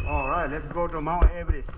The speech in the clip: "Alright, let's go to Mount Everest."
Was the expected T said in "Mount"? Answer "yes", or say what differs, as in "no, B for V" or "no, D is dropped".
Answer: no, T is dropped